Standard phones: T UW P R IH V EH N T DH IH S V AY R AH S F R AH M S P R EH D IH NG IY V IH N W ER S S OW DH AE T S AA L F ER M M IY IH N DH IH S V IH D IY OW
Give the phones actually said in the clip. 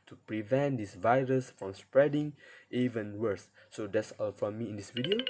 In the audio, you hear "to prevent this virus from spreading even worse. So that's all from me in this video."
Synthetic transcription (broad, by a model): T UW P R IH V EH N T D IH S V AY R AH S F R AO M S P R EH D IH NG IY V IH N W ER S S OW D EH T S AA L F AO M M IY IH N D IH S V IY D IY OW